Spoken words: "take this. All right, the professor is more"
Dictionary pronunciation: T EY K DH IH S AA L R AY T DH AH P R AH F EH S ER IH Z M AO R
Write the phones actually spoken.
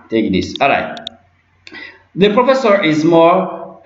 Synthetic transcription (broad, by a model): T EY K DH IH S AA L R AY T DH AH P R AH F EH S ER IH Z M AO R